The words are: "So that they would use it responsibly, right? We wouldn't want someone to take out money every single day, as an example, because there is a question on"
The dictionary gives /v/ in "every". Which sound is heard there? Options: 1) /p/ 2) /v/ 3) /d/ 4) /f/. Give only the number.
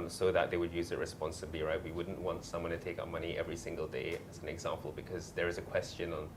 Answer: 2